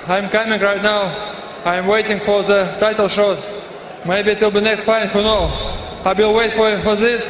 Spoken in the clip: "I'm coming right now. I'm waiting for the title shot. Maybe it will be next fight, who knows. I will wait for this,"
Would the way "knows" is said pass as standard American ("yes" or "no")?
no